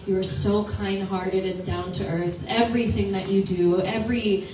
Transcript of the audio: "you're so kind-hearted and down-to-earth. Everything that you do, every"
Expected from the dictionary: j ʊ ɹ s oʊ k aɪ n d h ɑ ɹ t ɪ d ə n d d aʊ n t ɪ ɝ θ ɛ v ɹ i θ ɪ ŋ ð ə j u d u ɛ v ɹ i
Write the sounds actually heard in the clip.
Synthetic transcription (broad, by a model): j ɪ ɹ s oʊ k aɪ n d h ɑ ɹ t ɪ d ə n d d aʊ n t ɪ ɝ θ ɛ v ɹ i θ ɪ ŋ ð ə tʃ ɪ d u ɛ v ɹ i